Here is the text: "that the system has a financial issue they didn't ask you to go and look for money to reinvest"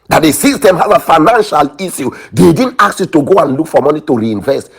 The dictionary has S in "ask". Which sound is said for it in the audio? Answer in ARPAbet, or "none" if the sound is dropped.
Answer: none